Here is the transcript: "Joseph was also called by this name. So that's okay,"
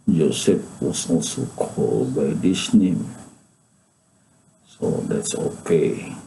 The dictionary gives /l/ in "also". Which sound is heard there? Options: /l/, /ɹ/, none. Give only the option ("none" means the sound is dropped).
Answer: none